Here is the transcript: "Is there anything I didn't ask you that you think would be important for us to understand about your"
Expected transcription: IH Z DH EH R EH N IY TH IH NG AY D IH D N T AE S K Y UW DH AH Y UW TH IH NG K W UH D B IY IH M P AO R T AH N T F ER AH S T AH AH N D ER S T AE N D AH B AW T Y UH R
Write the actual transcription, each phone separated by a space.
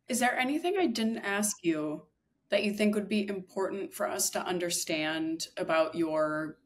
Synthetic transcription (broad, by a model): IH Z DH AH R EH N IY TH IH NG AY D IH D N T AE S K Y UW DH AH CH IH TH IH NG K W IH D B IY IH M P AO R T N T F ER AH S T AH AH N D ER S T AE N D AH B AW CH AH R